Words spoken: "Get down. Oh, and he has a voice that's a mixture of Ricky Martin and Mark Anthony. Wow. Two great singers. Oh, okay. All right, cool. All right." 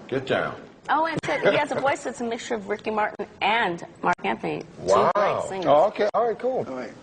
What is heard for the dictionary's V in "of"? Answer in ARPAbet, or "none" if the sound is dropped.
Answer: V